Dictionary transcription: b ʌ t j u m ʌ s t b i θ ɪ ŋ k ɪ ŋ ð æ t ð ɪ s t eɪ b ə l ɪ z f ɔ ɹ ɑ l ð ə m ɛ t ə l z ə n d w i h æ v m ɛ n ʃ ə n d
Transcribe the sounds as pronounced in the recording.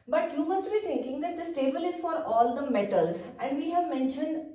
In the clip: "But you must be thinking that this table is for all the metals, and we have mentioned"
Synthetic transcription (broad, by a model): b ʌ t j u m ʌ s t b i t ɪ ŋ k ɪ ŋ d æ t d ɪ s t eɪ b ə l ɪ z f ɔ ɹ ɑ l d ə m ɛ t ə l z ə n d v i h æ v m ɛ n ʃ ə n d